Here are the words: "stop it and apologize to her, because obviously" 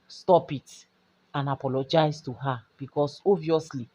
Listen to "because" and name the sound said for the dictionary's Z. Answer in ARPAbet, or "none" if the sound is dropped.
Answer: S